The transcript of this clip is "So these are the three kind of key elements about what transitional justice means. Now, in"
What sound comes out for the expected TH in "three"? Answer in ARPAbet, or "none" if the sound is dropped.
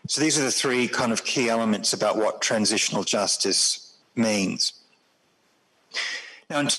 TH